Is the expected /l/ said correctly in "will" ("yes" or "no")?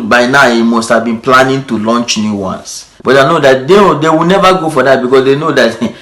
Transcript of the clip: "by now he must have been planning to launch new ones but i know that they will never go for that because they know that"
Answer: no